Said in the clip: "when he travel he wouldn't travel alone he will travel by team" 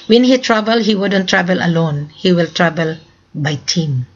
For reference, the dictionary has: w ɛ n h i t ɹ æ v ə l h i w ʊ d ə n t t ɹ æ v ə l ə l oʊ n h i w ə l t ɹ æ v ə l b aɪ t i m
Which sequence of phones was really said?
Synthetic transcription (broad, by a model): w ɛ n h i t ɹ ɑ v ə l h i w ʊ d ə n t t ɹ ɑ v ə l ə l oʊ n h i w ə l t ɹ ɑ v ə l b aɪ t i m